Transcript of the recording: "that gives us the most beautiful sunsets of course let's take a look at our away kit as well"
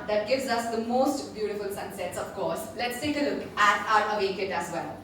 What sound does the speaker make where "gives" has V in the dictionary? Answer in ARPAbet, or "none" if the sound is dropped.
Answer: V